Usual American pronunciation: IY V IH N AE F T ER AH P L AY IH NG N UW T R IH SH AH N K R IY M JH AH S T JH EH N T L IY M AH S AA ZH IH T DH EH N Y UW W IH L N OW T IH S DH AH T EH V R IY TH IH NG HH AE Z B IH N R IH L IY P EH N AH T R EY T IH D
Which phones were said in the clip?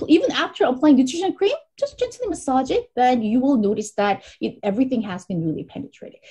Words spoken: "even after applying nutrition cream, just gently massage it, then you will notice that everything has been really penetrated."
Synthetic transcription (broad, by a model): IY V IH N AE F T ER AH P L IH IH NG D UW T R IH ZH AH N K R IY M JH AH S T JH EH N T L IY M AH S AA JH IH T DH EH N Y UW W IH L N OW T IH S DH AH T EH V R IY TH IH NG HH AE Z B IH N R IH L IY P EH N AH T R EY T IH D